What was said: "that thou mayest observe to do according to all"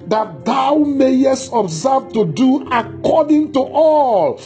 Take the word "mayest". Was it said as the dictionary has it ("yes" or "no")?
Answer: yes